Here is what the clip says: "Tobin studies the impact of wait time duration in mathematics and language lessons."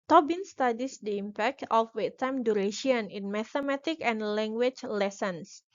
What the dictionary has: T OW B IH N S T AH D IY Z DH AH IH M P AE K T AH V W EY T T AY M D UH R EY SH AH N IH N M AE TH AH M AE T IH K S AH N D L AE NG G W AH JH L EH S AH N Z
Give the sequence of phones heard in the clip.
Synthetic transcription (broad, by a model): T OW B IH N S T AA D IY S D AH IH M P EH K T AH F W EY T T AY M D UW R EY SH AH N IH N M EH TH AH M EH T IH K AH N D L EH NG G W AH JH L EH S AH N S